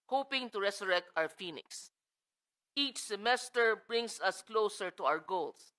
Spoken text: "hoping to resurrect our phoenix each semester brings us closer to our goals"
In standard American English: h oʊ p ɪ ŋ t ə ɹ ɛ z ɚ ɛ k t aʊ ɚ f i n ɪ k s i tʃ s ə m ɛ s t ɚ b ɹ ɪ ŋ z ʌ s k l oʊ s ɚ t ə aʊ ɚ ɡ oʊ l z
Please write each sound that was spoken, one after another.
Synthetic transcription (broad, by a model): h oʊ p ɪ ŋ t ə ɹ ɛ s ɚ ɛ k t aʊ ɚ f i n ɪ k s i tʃ s ə m ɛ s t ɚ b ɹ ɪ ŋ s ʌ s k l oʊ s ɚ t ə aʊ ɚ ɡ oʊ l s